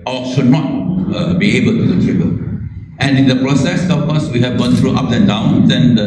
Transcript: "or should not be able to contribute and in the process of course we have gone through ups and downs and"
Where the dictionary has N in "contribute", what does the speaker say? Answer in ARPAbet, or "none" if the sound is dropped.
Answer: none